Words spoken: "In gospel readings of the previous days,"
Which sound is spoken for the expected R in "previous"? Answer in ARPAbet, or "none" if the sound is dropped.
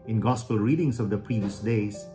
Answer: R